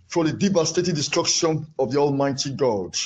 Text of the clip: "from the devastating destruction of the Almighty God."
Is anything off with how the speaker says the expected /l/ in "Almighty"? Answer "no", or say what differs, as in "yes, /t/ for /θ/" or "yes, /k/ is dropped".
no